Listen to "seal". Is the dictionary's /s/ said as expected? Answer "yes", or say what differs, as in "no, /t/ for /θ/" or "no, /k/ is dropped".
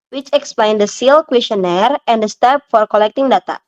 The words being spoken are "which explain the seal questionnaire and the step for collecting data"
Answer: yes